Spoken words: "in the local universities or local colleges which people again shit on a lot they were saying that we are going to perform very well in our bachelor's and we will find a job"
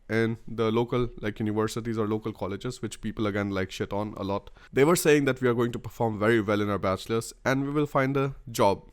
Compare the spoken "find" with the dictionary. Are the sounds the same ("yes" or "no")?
yes